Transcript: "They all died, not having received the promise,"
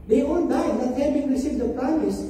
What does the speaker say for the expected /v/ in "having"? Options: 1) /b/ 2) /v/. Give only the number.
1